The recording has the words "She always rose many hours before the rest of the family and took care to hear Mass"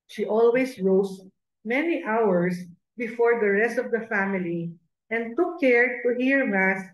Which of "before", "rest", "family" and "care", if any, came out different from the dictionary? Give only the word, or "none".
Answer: none